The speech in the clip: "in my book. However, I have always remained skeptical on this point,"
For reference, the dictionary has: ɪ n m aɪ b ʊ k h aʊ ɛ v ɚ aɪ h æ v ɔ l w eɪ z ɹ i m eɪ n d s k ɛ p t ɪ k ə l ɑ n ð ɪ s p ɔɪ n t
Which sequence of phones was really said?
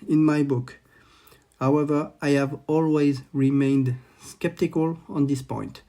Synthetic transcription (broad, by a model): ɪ n m aɪ b ʊ k h aʊ ɛ v ɚ aɪ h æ v ɔ l w eɪ z ɹ i m eɪ n d s k ɛ p t ɪ k ə l ɑ n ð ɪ s p ɔɪ n t